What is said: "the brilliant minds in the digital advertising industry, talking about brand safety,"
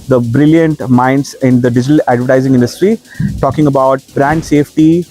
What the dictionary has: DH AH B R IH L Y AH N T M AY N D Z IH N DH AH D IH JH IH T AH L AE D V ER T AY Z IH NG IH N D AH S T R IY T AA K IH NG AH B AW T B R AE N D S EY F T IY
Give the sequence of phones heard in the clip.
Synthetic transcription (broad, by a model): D AH B R IH L Y AH N T M AY N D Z IH N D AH D IH JH IH T AH L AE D V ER T AY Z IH NG IH N D AH S T R IY T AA K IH NG AH B AW T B R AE N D S EY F T IY